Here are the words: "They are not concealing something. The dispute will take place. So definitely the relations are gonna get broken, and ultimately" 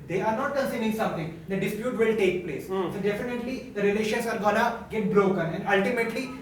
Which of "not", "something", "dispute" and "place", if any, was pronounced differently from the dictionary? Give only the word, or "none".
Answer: something